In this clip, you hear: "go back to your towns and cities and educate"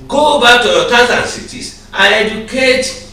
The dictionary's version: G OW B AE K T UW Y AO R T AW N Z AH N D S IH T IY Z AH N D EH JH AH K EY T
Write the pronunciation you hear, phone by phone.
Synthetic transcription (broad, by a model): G OW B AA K T UW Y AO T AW Z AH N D S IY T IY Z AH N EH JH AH K EY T